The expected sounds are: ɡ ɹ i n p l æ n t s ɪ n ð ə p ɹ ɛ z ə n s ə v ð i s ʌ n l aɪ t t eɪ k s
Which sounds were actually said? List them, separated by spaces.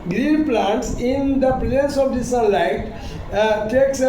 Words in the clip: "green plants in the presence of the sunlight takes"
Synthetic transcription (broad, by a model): ɡ ɹ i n p l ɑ n t s ɪ n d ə p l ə s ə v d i s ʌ l aɪ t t eɪ k s